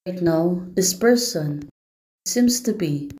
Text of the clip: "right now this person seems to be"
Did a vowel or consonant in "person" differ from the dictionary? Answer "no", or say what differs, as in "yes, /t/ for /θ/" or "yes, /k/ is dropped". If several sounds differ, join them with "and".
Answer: no